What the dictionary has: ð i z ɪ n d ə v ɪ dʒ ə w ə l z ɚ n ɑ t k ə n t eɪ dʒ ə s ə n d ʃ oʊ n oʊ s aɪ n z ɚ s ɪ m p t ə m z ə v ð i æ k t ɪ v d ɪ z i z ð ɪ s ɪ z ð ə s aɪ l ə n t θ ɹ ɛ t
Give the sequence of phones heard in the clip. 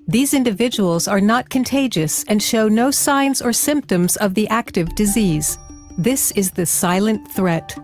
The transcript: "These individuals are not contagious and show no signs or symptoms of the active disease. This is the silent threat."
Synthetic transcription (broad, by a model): ð i z ɪ n d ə v ɪ dʒ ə w l z ɚ n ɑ t k ə n t eɪ dʒ ə s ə n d ʃ oʊ n oʊ s aɪ n z ɚ s ɪ m p t ə m z ə v ð i æ k t ɪ v d ɪ z i z ð ɪ s ɪ z ð ə s aɪ l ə n θ ɹ ɛ t